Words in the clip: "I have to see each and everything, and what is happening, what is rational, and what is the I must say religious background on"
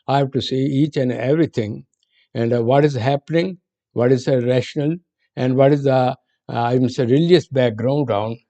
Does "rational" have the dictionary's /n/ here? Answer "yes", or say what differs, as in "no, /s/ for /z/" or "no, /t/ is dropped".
yes